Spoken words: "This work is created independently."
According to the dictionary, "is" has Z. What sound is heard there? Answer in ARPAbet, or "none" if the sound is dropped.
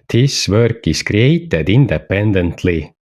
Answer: S